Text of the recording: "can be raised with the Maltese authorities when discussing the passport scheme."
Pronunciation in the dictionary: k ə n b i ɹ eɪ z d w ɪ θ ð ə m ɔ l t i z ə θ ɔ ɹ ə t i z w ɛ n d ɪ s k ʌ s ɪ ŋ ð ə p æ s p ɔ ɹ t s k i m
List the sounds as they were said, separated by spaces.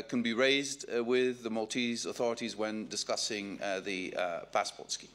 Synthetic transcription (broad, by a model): k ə n b i ɹ eɪ z d w ɪ ð ə m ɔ l t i z ə θ ɔ ɹ ə t i z w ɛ n d ɪ s k ʌ s ɪ ŋ ð ə p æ s p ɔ ɹ t s k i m